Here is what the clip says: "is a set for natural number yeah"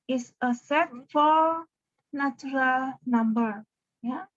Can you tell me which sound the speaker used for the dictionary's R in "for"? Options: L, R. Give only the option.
L